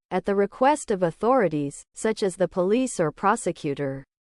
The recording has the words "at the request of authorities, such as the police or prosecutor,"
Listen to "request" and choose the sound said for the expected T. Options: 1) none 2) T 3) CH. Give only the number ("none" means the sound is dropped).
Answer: 2